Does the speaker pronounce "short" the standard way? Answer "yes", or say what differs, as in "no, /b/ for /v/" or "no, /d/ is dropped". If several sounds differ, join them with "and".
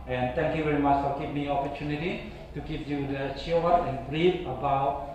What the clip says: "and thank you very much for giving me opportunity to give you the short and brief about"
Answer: no, /w/ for /ɹ/